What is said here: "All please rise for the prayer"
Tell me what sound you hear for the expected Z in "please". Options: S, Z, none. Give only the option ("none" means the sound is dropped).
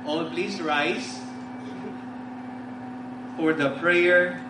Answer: S